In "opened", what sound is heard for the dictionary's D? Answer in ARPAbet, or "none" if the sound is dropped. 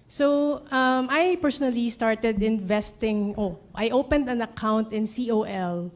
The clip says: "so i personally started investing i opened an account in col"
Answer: D